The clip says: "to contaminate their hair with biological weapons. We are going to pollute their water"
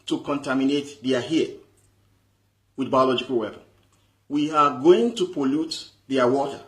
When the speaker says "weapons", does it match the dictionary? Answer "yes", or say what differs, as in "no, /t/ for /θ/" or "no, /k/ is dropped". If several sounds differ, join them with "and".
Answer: no, /z/ is dropped